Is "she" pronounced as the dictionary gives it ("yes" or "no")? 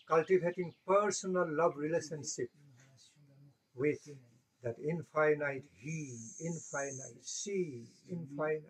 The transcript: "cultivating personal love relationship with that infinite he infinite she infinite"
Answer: no